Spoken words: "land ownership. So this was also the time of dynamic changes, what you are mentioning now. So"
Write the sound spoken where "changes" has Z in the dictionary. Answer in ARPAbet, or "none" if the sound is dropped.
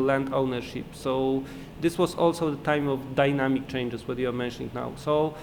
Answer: S